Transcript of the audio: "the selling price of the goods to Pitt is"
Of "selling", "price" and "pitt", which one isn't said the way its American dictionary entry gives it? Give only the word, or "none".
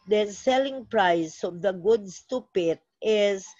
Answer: none